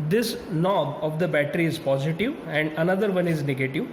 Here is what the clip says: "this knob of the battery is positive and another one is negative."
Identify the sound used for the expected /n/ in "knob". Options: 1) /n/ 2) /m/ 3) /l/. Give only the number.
3